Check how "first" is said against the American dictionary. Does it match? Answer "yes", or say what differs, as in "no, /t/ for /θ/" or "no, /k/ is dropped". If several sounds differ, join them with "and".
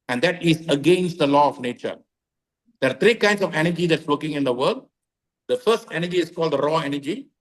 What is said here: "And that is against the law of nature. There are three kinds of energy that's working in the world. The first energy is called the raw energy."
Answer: yes